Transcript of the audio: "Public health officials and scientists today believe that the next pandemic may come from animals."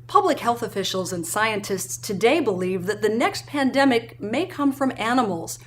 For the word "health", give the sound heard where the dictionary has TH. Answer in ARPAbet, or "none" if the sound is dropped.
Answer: TH